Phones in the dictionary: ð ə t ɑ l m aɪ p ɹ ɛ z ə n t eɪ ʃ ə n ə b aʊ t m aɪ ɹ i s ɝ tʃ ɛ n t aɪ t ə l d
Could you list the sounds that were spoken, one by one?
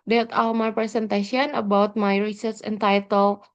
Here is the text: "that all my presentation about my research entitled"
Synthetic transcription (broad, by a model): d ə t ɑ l m aɪ p ɹ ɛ s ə n t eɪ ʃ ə n ə b aʊ t m aɪ ɹ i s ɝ s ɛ n t aɪ t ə l